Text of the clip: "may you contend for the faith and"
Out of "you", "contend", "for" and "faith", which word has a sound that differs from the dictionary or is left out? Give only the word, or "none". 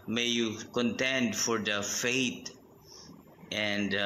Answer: faith